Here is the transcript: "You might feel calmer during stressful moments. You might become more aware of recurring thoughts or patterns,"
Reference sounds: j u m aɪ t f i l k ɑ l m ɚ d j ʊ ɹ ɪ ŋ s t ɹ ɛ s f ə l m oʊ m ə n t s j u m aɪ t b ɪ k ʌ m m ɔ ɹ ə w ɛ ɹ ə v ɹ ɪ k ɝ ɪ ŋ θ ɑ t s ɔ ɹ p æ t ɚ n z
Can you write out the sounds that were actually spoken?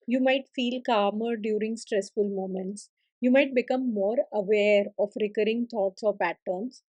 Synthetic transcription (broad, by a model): j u m aɪ t f i l k ɑ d m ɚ d j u ɹ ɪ ŋ s t ɹ ɛ s f ə l m oʊ m ə n t s j u m aɪ t b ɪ k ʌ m m ɔ ɹ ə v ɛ ɹ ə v ɹ ɪ k ɝ ɪ ŋ t ɑ t s ɔ ɹ p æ t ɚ n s